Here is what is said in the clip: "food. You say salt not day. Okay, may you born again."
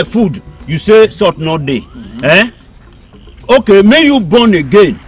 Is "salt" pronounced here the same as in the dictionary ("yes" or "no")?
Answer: no